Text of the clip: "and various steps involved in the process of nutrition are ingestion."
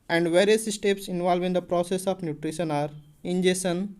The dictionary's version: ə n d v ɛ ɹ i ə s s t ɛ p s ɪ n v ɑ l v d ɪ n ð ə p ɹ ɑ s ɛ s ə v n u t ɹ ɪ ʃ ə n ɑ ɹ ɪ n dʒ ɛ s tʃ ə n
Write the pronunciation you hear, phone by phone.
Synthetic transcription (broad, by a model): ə n d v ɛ ɹ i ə s s t ɛ p s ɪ n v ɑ l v ɪ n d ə p ɹ ɑ s ɛ s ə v n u t ɹ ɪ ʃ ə n ɑ ɹ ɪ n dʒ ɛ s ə n